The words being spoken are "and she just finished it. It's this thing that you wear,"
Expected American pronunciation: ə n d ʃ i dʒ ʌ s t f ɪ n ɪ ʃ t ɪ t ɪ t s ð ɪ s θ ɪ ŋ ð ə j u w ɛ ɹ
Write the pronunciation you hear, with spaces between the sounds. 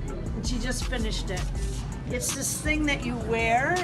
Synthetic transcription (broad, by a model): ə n ʃ i dʒ ʌ s t f ɪ n ɪ ʃ t ɪ t ɪ t s ð ɪ s θ ɪ ŋ ð ə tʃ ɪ w ɛ ɹ